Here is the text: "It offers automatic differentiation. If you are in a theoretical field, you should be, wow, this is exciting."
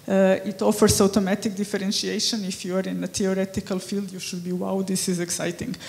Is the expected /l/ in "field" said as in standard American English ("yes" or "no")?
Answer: yes